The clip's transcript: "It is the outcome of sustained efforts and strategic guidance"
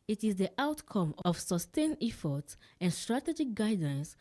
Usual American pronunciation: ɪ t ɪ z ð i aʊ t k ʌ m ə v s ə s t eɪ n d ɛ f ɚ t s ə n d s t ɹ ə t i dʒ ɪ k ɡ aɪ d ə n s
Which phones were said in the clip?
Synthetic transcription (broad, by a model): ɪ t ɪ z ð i aʊ t k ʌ m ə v s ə s t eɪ n ɛ f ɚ t s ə n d s t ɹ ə t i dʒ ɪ k ɡ aɪ d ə n s